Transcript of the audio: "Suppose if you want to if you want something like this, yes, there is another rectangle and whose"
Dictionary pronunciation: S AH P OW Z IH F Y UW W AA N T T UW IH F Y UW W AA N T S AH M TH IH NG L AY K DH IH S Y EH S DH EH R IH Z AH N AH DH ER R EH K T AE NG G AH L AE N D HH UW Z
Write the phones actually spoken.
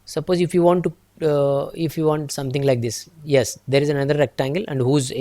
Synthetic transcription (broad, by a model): S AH P OW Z IH F Y UW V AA N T T UW IH F Y UW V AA N T S AH M T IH NG L AY K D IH S Y EH S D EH R IH Z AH N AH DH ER R EH K T AE NG G AH L AE N D HH UW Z